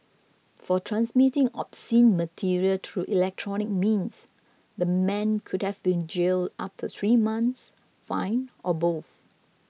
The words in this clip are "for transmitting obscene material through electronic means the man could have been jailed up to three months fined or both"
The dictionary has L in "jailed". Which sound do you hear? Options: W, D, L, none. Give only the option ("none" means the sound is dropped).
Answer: L